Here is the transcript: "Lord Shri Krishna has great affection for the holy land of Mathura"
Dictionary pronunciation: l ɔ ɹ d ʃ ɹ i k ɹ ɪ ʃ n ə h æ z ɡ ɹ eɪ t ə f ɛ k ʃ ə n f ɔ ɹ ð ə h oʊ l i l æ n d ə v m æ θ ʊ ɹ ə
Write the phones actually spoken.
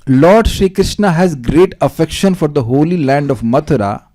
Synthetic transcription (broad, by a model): l ɔ ɹ d ʃ ɹ i k ɹ ɪ ʃ n ə h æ z ɡ ɹ eɪ t ə f ɛ k ʃ ə n f ɔ ɹ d ə h oʊ l i l æ n d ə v m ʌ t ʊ ɹ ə